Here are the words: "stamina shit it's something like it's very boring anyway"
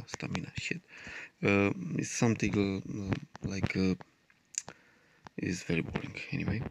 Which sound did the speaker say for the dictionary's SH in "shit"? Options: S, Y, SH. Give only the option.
SH